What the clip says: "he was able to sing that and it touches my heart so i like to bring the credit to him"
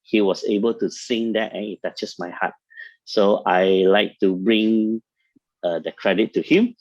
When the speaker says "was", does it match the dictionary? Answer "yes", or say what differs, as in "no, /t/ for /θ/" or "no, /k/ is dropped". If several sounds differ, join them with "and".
no, /s/ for /z/